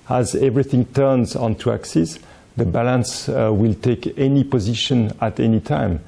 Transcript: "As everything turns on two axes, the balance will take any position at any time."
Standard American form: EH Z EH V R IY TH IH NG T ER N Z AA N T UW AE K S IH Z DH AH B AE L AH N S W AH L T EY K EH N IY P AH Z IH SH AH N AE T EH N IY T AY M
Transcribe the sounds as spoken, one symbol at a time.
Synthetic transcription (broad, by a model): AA Z EH V R IY TH IH NG T ER N Z AA N T UW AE K S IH S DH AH B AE L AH N S W AH L T EY K EH N IY P AH Z IH SH AH N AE T EH N IY T AY M